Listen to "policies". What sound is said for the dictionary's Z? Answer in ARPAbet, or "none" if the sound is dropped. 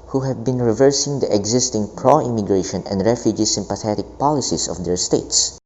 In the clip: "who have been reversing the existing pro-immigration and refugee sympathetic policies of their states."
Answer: S